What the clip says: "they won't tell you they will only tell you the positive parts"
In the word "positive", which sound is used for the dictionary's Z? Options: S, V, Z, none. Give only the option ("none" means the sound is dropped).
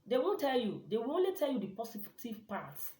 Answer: S